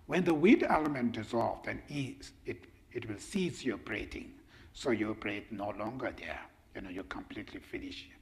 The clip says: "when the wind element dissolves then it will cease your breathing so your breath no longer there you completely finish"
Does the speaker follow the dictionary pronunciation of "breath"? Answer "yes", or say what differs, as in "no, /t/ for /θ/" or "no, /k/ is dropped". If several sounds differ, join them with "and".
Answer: no, /t/ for /θ/